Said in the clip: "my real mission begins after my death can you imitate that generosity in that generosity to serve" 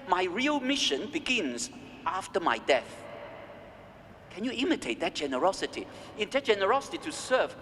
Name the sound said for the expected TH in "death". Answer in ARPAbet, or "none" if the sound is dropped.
TH